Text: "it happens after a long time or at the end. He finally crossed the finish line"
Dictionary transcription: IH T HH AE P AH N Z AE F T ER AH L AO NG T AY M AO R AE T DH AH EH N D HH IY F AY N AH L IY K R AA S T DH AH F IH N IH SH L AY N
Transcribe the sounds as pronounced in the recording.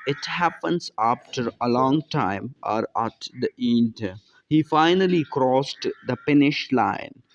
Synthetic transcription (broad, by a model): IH T HH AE P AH N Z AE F T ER AH L AO NG T AY M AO R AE T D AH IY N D HH IY F AY N AH L IY K R AA S T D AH P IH N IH SH L AY N